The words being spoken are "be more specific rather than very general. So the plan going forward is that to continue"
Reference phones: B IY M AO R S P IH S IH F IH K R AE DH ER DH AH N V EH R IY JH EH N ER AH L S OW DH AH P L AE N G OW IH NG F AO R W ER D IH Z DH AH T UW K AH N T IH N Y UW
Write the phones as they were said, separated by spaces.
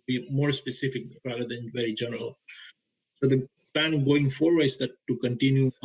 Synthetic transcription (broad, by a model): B IY M AO R S P IH S IH F IH K R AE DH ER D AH N V EH R IY JH EH N ER AH L S OW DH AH P L AE N G OW IH NG F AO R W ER IH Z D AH T UW K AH N T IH N Y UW